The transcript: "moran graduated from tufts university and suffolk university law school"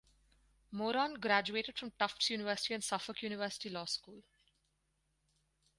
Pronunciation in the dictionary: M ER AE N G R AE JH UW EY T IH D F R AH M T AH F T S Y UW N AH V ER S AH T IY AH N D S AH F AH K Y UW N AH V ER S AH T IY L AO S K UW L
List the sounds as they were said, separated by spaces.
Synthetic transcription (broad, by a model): M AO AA N G R AE JH UW EY T IH D F R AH M T AH F T S Y UW N AH V ER S AH T IY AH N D S AH F AH K Y UW N AH V ER S AH T IY L AO S K UW L